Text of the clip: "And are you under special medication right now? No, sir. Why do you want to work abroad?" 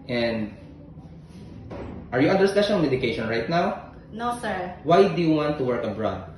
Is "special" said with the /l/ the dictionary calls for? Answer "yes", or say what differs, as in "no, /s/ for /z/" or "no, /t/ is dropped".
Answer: no, /n/ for /l/